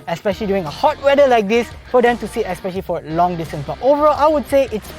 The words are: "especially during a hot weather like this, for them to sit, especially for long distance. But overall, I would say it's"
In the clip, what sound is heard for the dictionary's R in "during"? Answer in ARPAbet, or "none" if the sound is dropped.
none